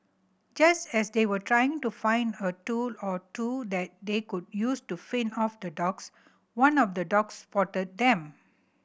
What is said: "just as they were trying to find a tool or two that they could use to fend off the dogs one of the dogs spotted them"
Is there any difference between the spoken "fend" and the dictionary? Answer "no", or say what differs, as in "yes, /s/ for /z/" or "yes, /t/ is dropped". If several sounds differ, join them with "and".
yes, /d/ is dropped